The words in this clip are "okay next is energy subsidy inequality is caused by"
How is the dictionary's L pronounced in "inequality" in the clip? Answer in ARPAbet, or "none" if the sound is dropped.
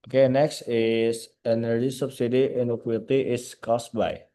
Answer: none